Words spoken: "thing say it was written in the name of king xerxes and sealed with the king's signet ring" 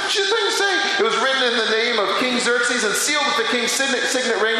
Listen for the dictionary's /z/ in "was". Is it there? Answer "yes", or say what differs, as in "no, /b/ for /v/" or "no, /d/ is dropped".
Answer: yes